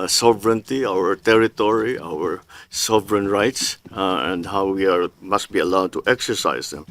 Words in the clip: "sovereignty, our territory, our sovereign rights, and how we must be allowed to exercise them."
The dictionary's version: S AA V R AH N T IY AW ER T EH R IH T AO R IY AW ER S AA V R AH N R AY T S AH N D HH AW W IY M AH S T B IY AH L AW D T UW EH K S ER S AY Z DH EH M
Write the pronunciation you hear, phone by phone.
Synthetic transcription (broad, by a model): S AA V R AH N T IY AW ER T EH R IH T AO R IY AW ER S AA V R AH N R AY T S AH N D HH AW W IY M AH S T B IY AH L AW D T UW EH K S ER S AY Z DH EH M